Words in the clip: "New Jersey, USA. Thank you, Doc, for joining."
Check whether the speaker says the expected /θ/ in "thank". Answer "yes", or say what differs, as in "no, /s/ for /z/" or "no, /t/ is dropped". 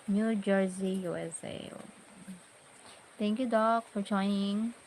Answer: no, /t/ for /θ/